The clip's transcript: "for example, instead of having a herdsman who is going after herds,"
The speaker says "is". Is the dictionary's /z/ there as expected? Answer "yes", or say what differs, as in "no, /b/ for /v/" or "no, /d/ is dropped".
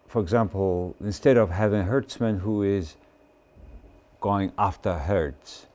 yes